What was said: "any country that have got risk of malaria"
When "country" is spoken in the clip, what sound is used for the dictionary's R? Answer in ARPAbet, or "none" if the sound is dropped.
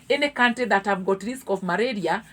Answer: none